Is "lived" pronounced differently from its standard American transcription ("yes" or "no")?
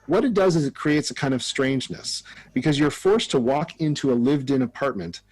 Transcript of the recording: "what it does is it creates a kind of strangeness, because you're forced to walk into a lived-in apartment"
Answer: no